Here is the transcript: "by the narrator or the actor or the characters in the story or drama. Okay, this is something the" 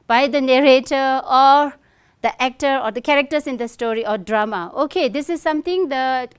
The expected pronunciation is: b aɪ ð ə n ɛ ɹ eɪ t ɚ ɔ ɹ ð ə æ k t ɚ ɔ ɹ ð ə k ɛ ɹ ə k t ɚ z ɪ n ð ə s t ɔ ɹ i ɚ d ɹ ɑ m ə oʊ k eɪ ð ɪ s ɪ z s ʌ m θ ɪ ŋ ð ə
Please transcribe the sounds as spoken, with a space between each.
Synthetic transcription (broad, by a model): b aɪ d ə n ɛ ɹ eɪ t ɚ ɔ ɹ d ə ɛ k t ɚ ɔ ɹ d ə k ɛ ɹ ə k t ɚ s ɪ n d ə s t ɔ ɹ i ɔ d ɹ ɑ m ə oʊ k eɪ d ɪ s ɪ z s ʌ m t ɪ ŋ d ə